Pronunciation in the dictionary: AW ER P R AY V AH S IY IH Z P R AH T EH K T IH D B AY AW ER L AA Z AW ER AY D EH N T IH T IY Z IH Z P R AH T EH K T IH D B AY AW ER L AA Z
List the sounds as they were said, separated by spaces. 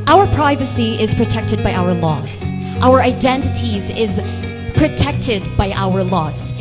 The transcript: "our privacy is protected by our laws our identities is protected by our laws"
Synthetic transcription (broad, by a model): AW ER P R AY V AH S IY IH Z P R AH T EH K T IH D B AY AW ER L AA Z AW ER AY D EH N T IH T IY Z IH Z P R AH T EH K T IH D B AY AW ER L AA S